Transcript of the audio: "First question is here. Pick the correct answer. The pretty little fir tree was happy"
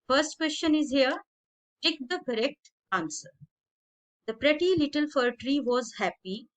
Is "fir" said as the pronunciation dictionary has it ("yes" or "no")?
yes